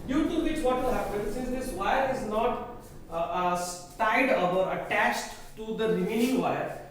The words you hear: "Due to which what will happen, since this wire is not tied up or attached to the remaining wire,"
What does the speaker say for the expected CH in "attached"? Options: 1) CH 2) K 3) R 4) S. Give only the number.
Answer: 1